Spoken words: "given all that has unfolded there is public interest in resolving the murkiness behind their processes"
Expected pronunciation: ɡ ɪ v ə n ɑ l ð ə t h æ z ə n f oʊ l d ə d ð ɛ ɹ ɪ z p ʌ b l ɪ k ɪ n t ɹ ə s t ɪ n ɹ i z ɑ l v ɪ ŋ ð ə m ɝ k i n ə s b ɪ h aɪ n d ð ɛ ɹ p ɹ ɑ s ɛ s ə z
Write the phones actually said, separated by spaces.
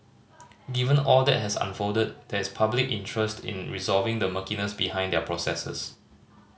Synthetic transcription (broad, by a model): ɡ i v ə n ɑ l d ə t h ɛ s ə n f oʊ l d ə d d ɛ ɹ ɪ s p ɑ b l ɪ k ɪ n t ɹ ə s t ɪ n ɹ i z ɑ l v ɪ ŋ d ə m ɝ k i n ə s b ɪ h aɪ n d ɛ p ɹ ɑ s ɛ s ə s